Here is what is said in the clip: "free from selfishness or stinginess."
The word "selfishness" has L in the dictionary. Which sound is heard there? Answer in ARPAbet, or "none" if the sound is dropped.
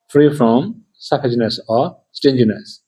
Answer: none